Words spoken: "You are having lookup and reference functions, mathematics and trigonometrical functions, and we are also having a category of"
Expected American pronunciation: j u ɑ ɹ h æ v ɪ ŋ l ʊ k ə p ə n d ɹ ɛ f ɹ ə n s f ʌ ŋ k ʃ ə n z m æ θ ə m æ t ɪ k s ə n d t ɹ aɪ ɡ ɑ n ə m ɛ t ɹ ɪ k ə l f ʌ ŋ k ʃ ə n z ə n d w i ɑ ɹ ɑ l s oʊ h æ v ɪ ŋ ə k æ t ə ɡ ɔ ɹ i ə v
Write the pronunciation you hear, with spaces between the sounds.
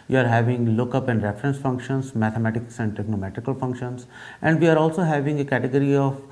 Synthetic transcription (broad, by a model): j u ɑ ɹ h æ v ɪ ŋ l ʊ k ə p ə n d ɹ ɛ f ɹ ə n s f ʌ ŋ k ʃ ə n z m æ t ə m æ t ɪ k s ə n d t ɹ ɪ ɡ n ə m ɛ t ɹ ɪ k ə l f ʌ ŋ k ʃ ə n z ə n d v i ɑ ɹ ɑ l s oʊ h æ v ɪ ŋ ə k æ t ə ɡ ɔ ɹ i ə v